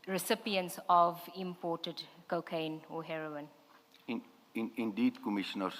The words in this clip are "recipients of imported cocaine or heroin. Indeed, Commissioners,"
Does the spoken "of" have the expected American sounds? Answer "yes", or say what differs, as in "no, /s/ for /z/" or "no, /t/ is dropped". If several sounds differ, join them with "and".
yes